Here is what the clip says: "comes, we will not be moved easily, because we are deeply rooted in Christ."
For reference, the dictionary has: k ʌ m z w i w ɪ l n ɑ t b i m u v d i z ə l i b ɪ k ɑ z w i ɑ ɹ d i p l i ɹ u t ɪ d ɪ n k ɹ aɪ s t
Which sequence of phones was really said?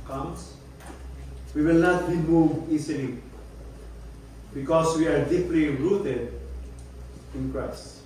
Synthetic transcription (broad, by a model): k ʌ m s w i w ɪ l n ɑ t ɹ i m u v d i s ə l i b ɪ k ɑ s w i ɑ ɹ d i p l i ɹ u t ɪ d ɪ n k ɹ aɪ s